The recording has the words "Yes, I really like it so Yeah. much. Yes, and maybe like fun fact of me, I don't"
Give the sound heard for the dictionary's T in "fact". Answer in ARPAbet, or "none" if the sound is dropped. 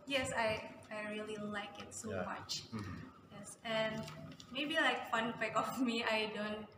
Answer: none